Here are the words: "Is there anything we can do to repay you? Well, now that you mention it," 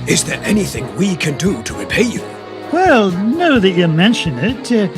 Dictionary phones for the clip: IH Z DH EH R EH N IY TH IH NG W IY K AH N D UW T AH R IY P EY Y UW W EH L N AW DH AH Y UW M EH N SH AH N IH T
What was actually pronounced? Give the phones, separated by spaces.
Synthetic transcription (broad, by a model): IH Z DH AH R EH N IY TH IH NG W IY K AH N D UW T AH R IY P EY Y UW W EH L N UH DH AH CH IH M EH N SH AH N IH T